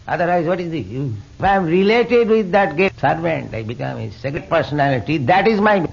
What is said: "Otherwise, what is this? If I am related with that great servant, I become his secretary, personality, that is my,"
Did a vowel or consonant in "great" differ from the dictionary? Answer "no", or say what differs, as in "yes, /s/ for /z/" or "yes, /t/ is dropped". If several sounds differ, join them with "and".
yes, /ɹ/ is dropped